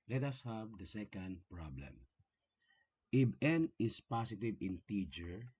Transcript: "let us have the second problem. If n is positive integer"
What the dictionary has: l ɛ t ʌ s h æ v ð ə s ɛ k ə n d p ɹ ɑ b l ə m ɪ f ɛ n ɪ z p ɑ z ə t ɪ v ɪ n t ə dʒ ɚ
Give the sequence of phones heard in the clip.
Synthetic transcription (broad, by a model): l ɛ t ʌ s h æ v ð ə s ɛ k ə n d p ɹ ɑ b l ə m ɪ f ɛ n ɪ s p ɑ s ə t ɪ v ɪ n t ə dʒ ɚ